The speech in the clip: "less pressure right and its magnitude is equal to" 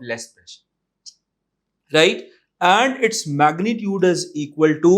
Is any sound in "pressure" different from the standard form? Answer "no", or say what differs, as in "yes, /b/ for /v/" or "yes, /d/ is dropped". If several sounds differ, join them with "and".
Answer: yes, /ɹ/ is dropped